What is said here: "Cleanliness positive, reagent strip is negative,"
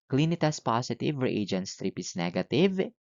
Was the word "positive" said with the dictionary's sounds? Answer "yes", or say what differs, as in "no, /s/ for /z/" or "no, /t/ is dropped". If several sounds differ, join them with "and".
no, /s/ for /z/